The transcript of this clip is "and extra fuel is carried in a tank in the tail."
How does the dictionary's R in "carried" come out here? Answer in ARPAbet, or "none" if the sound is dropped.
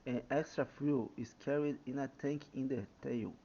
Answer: R